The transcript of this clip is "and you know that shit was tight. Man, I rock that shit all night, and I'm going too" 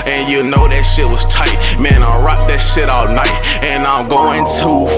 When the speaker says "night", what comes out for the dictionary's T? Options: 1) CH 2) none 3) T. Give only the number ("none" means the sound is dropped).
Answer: 3